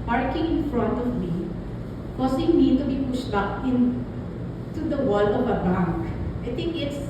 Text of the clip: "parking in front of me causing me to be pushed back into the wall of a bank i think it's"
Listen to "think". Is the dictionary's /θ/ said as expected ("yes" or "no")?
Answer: no